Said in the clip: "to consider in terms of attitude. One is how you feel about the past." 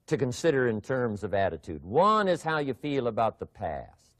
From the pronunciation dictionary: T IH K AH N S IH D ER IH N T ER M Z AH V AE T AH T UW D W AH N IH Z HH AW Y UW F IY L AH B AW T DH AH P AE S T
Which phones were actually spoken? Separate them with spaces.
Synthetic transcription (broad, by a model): T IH K AH N S IH D ER IH N T ER M Z AH V AE T AH T UW D W AH N IH Z HH AW Y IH F IY L AH B AW T DH AH P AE S T